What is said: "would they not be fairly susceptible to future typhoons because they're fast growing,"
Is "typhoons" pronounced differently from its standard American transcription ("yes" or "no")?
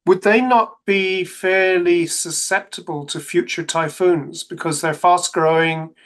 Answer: no